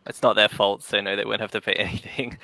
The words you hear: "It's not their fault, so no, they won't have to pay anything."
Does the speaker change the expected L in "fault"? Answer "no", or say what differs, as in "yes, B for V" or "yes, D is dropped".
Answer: no